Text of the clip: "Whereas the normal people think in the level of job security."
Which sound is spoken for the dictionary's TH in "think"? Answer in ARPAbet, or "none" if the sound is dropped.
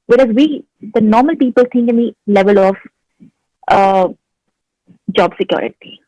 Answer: T